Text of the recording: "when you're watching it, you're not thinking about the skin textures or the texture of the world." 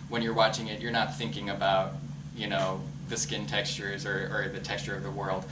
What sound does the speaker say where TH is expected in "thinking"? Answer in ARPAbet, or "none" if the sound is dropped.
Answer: TH